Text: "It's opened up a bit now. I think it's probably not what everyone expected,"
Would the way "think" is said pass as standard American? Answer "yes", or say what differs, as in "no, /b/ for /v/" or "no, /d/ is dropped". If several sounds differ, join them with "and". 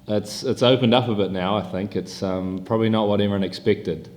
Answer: yes